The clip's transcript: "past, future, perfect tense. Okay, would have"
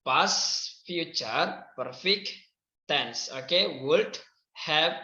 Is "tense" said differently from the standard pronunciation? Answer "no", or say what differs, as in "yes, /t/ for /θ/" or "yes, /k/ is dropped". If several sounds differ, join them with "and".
no